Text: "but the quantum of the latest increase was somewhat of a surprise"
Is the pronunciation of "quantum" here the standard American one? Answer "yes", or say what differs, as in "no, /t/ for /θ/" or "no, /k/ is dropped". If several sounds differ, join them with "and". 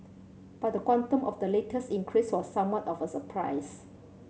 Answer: yes